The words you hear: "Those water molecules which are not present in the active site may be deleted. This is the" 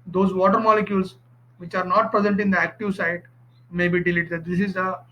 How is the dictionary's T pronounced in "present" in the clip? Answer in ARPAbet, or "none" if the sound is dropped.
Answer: T